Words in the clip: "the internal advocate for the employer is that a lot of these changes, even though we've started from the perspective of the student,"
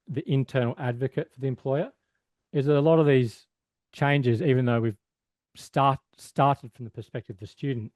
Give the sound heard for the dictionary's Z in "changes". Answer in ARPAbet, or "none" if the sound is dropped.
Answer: Z